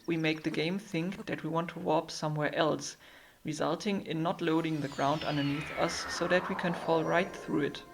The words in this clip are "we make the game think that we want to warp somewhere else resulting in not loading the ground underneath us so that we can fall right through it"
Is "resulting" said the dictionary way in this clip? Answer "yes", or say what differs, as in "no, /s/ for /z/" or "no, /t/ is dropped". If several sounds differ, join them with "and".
yes